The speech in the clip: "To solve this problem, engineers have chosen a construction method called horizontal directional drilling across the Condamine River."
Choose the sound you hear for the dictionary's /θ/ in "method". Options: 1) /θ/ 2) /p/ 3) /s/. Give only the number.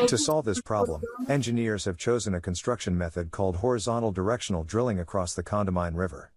1